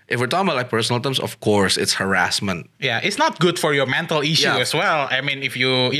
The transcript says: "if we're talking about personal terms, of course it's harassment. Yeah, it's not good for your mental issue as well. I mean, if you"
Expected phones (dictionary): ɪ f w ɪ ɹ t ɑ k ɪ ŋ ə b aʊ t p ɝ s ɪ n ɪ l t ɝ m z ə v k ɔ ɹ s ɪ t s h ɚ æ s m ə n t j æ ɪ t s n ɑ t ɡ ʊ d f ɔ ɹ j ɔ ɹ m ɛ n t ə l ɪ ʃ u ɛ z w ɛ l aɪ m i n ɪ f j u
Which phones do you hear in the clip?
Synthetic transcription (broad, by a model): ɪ f w ɪ ɹ t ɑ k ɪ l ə ɪ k p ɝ s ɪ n l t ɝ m s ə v k ɔ ɹ s ɪ t s h ɚ æ s m ə n t j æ ɪ t s n ɑ t ɡ ʊ d f ɔ ɹ j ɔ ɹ m ɛ n t ə l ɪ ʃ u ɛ s w ɛ l aɪ m i n ɪ f j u